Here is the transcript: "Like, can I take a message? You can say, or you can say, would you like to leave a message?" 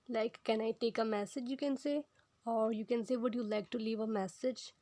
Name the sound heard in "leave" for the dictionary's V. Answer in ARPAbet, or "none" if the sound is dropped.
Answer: V